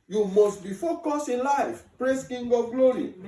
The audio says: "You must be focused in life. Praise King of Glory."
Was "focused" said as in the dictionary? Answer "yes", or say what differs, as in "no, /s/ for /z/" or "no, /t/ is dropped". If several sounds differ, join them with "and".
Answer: no, /t/ is dropped